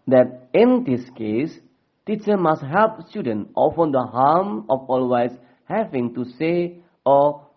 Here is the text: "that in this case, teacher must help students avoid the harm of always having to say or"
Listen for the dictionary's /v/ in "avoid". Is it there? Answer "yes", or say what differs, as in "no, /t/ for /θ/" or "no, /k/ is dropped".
no, /f/ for /v/